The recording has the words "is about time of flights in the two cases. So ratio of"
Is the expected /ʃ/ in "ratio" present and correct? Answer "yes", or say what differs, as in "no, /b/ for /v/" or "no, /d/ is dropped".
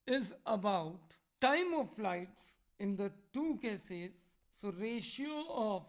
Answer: yes